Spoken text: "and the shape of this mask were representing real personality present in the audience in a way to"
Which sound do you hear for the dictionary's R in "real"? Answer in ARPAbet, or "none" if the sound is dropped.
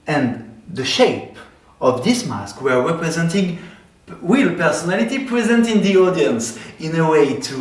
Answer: W